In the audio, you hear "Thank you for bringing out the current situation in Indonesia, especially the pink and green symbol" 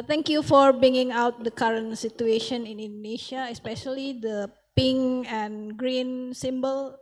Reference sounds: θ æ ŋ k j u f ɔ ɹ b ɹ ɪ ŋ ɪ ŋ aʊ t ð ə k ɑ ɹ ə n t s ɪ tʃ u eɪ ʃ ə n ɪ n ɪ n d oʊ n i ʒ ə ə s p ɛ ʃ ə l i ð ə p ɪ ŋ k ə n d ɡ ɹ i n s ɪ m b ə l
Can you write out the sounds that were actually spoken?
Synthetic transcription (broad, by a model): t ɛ ŋ k j u f ɔ ɹ b ɹ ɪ ŋ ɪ ŋ aʊ t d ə k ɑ ɹ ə n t s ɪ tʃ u eɪ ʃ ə n ɪ n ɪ n d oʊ n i ʃ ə ə s p ɛ ʃ ə l i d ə p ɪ ŋ ə n ɡ ɹ i n s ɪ m b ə l